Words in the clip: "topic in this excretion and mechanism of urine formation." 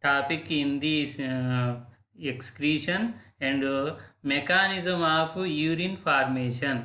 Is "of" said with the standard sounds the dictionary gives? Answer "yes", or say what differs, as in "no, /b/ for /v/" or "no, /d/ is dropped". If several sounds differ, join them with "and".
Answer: no, /p/ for /v/